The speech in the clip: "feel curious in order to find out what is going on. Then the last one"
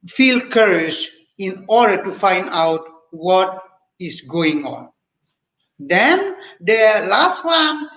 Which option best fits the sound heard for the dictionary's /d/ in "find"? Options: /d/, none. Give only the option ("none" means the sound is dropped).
/d/